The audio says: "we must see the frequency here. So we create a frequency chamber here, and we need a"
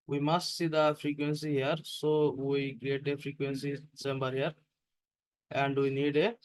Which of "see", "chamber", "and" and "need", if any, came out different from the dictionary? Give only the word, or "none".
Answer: chamber